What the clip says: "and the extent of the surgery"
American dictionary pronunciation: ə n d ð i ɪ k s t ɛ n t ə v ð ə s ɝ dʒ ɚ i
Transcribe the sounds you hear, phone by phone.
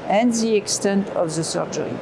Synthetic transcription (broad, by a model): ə n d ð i ɪ k s t ɛ n t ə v ð ə s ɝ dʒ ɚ i